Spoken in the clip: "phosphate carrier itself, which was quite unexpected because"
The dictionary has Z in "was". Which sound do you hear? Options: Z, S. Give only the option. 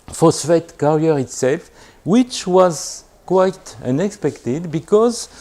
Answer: Z